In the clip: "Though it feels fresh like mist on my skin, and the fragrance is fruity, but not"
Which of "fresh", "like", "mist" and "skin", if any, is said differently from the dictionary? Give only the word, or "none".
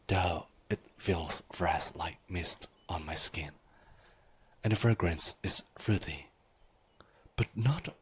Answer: fresh